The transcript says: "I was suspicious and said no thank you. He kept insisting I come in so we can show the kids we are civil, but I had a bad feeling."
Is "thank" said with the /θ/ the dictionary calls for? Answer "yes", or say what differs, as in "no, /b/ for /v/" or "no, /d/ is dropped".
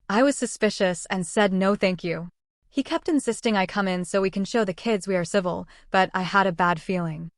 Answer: yes